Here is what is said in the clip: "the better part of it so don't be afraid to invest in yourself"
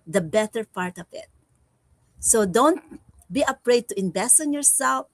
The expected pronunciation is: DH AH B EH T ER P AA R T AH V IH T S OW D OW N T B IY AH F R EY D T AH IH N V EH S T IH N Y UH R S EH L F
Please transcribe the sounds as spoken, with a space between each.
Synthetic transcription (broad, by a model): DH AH B EH T ER P AA R T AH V IH T S OW D OW N T B IY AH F R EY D T AH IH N B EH S T IH N Y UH R S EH L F